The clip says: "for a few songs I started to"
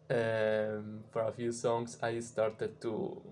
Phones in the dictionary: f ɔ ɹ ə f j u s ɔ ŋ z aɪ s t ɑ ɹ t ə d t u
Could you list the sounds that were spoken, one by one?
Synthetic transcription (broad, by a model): f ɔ ɹ ə f j u s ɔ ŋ s aɪ s t ɑ ɹ t ə d t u